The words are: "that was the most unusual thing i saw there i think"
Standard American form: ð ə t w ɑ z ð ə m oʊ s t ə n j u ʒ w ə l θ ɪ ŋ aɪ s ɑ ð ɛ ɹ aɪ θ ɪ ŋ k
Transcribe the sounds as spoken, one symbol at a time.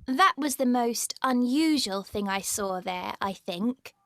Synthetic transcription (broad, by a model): ð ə t w ɑ z ð ə m oʊ s t ə n j u ʒ w ə l θ ɪ ŋ aɪ s ɑ ð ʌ ɹ aɪ θ ɪ ŋ k